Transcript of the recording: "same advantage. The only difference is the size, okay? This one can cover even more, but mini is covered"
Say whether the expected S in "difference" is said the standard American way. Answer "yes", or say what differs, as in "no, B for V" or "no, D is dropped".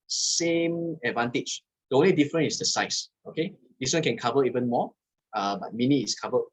no, S is dropped